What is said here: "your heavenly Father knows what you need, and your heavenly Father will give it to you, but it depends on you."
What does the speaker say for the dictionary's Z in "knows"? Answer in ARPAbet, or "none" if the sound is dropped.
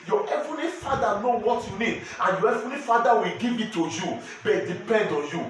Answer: none